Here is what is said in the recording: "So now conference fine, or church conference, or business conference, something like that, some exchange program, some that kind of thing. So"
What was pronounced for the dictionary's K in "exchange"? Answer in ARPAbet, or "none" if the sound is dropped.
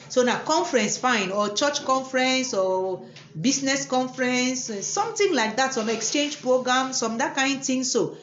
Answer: K